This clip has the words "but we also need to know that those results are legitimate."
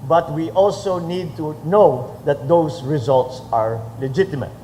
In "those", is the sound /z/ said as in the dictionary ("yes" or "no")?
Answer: no